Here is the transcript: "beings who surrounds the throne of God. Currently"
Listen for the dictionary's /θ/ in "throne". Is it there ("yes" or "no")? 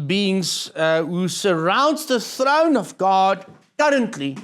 yes